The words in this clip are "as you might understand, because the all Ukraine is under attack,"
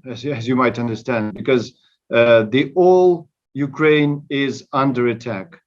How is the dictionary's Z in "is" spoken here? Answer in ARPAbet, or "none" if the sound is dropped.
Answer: Z